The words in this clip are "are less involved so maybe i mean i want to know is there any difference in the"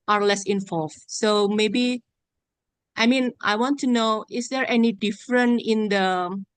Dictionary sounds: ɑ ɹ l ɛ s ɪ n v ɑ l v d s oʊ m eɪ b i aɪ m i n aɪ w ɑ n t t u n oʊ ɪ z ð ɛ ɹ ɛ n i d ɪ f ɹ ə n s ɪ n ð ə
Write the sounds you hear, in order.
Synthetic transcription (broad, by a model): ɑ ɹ l ɛ s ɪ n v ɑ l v s oʊ m eɪ b i aɪ m i n aɪ w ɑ n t t u n oʊ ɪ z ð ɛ ɹ ɛ n i d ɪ f ɹ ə n ɪ n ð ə